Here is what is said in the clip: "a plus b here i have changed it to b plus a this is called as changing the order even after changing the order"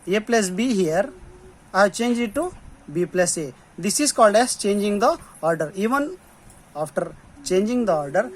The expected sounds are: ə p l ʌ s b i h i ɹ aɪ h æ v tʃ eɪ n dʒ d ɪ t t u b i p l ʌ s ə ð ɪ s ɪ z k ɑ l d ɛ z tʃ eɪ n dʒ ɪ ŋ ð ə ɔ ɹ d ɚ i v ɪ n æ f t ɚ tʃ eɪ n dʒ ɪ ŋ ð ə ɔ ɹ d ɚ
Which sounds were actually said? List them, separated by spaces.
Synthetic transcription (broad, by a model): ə p l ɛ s b i h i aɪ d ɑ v tʃ eɪ n dʒ ɪ t t u b i p l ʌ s ə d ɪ s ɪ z k ɑ l d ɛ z tʃ eɪ n dʒ ɪ ŋ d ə ɔ ɹ d ɚ i v ɪ n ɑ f t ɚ tʃ eɪ n dʒ ɪ ŋ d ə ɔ ɹ d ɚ